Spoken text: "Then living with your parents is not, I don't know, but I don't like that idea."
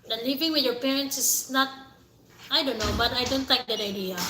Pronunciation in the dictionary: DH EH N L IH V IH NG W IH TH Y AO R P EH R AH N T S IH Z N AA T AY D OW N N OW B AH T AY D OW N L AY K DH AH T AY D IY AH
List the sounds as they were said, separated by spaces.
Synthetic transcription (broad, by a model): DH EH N L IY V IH NG W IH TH Y AO R P EH R AH N T S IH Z N AA T AY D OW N N OW B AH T AY D OW N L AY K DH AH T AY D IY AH